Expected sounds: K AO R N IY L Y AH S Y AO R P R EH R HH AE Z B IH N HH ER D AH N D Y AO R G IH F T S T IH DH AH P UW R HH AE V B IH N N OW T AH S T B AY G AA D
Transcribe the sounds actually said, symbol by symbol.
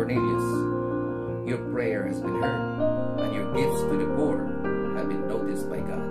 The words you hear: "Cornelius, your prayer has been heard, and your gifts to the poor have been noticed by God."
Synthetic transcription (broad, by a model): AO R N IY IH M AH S Y AO R P R EH R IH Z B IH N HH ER AH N Y AO R G IH F T S T IH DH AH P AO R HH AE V B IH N N OW T AH S T B AY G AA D